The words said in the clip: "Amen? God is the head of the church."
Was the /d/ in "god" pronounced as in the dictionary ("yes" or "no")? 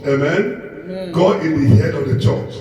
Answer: no